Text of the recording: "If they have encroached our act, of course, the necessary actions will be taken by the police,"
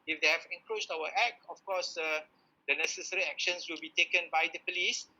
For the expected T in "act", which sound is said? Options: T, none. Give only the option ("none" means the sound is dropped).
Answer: none